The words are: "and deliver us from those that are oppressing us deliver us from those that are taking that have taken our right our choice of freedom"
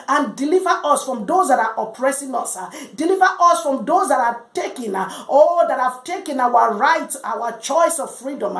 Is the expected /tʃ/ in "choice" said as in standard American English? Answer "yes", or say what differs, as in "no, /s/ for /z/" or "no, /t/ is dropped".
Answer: yes